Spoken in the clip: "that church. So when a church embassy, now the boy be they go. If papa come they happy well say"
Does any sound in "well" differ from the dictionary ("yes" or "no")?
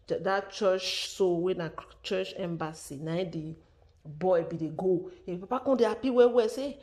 yes